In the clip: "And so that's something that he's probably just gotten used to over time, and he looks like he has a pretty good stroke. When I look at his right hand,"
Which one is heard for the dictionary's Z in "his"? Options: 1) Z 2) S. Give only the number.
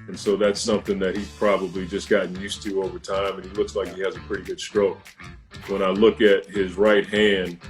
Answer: 1